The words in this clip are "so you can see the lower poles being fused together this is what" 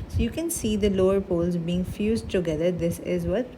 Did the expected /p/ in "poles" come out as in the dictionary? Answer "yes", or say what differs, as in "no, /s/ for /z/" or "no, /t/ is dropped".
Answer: yes